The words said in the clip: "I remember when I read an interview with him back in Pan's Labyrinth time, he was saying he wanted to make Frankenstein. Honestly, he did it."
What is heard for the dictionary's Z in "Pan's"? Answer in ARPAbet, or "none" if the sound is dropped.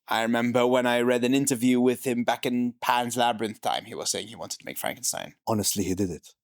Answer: Z